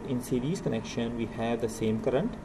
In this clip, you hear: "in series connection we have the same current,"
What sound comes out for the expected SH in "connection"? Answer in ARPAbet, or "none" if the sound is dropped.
SH